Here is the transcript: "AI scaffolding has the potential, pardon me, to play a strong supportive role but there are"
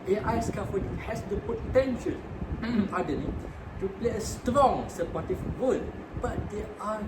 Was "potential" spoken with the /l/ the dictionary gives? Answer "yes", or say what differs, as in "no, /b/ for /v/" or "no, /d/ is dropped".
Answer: no, /n/ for /l/